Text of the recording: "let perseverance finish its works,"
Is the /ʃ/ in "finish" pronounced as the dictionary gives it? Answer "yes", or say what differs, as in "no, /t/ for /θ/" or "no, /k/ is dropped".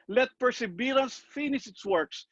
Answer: no, /s/ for /ʃ/